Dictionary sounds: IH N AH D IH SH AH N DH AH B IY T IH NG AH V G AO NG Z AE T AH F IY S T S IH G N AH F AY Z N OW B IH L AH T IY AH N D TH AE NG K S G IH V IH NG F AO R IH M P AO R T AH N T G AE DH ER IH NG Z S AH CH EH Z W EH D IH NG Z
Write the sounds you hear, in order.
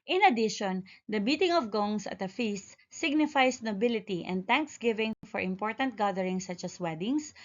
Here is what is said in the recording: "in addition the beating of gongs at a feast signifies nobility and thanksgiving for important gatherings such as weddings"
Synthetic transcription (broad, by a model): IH N AH D IH SH AH N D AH B IY T IH NG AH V G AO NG S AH T AH F IY S T S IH G N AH F AY S N OW B IH L AH T IY AH N D T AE NG K S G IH V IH NG F AO R IH M P AO R T AH N T G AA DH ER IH NG S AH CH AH S W EH D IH NG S